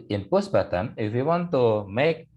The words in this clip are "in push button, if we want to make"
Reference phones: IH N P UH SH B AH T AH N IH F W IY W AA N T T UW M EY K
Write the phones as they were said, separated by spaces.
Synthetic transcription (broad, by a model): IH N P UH S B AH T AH N IH F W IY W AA N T T UW M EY K